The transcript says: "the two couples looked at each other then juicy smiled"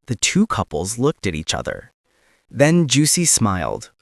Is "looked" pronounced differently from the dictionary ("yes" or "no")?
no